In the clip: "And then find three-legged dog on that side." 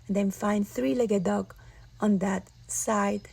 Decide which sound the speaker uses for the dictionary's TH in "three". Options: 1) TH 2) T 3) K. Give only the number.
1